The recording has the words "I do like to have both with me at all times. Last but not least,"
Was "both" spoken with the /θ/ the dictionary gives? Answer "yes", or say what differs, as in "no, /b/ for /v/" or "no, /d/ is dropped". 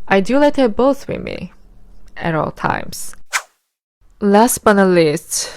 yes